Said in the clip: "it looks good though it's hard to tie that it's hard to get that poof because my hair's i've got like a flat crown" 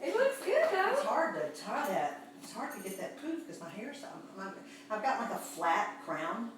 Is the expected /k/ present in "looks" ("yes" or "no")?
no